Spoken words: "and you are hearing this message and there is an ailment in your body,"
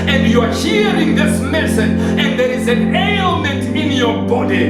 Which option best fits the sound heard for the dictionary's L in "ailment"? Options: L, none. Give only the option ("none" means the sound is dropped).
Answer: L